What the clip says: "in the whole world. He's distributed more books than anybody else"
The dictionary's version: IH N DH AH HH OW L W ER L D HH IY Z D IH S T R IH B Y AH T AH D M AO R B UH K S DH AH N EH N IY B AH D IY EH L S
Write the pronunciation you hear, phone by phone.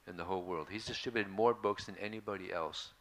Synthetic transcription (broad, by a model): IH N DH AH HH OW L W ER L D HH IY Z D IH S T R IH B Y AH T AH D M AO R B UH K S DH AH N EH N IY B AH D IY EH L S